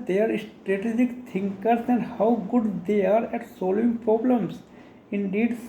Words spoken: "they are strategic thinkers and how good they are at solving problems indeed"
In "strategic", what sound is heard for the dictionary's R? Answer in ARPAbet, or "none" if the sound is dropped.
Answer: R